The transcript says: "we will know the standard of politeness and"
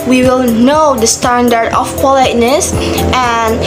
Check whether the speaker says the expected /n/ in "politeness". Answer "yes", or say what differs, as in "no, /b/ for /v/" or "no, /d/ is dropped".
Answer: yes